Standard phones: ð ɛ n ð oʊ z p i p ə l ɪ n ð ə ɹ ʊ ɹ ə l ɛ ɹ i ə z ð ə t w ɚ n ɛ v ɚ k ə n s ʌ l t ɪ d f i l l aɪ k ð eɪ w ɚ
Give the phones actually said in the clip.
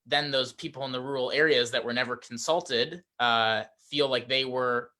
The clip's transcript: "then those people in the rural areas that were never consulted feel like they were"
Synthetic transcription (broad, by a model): ð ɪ n ð oʊ z p i p l ɪ n ð ə ɹ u ɹ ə l ɛ ɹ i ə z ð ə t w ɚ n ɛ v ɚ k n s ʌ l t ɪ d f i l l aɪ k ð eɪ w ɚ